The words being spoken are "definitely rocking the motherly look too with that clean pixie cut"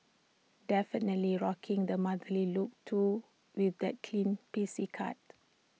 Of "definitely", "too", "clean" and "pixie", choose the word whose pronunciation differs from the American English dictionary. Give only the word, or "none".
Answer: pixie